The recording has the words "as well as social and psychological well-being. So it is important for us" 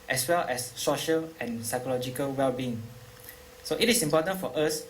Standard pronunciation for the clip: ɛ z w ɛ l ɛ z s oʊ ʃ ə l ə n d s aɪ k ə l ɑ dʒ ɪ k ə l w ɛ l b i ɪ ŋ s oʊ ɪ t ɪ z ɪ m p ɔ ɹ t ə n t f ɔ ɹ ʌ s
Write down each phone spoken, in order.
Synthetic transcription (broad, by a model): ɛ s w ɛ l ɛ s oʊ ʃ ə l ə n s aɪ k ə l ɑ dʒ ɪ k ə l w ɛ l b i ɪ ŋ s oʊ ɪ t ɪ s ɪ m p ɔ t ə n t f ɔ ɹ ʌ s